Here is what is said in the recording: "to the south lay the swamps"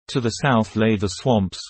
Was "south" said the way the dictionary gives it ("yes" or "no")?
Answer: yes